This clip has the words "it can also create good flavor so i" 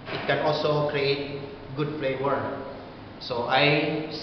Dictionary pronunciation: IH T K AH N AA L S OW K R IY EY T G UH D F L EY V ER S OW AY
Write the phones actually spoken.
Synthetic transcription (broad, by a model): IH T K AH N AA L S OW K R IY EY T G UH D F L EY W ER S OW AY